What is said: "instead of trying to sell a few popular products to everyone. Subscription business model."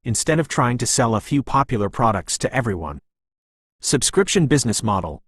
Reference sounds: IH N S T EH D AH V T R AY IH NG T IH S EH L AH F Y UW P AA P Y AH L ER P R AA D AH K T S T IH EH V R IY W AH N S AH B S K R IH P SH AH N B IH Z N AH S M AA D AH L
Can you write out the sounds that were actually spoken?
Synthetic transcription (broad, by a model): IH N S T EH D AH V T R AY IH NG T IH S EH L AH F Y UW P AA P Y L ER P R AA D AH K T S T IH EH V R IY W AH N S AH B S K R IH P SH AH N B IH Z N AH S M AA D L